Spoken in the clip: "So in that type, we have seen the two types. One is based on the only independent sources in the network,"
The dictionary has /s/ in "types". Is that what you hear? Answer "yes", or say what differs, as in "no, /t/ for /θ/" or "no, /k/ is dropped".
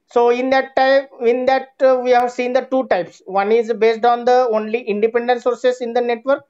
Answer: yes